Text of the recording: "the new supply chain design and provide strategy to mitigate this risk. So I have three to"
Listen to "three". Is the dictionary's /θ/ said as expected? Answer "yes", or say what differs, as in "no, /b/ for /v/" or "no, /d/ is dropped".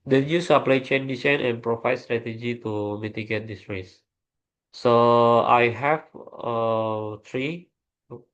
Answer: no, /t/ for /θ/